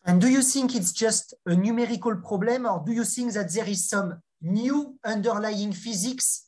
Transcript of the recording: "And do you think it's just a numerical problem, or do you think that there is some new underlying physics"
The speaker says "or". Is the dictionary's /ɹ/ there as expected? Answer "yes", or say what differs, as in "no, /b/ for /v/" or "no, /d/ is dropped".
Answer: yes